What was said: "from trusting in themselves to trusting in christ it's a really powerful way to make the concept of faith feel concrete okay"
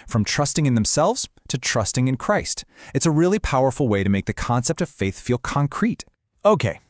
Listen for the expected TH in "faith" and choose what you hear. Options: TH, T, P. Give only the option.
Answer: TH